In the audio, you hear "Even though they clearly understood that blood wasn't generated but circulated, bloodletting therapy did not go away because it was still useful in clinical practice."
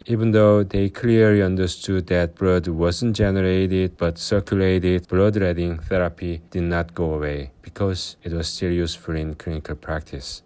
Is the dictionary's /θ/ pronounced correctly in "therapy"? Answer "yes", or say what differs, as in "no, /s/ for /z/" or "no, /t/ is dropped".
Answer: yes